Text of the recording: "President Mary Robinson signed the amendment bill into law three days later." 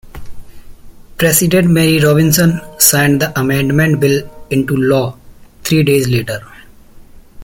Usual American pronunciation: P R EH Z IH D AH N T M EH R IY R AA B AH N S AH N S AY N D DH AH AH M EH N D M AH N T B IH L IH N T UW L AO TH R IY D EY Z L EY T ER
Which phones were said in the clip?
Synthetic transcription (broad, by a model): P R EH S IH D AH N T M EH R IY R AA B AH N S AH N S AY N D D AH AH M EH N D M AH N T B IH L IH N T UW L AO T R IY D EY Z L EY T ER